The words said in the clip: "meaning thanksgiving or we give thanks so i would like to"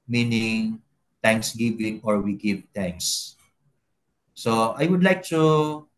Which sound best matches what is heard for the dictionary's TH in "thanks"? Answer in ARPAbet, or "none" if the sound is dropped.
T